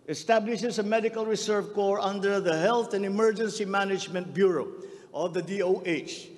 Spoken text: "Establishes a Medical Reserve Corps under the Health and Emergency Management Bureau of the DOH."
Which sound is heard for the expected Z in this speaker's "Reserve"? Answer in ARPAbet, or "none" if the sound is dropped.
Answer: S